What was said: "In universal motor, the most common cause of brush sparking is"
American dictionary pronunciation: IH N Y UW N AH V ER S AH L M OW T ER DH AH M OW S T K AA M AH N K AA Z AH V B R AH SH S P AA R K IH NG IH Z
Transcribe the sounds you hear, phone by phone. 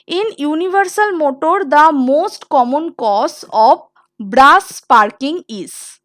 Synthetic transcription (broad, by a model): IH N Y UW N AH V ER S AH L M OW T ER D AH M OW S T K AA M AH N K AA S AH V B R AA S P AA R K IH NG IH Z